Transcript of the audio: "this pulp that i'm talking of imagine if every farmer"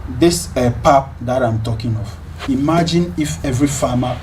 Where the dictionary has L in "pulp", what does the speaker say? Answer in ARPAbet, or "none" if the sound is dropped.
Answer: none